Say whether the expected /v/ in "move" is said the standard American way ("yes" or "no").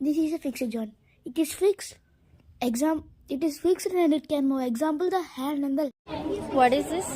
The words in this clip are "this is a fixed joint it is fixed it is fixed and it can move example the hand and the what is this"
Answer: no